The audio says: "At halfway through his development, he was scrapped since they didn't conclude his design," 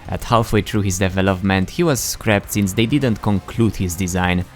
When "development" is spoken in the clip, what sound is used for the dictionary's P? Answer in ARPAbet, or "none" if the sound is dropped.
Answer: P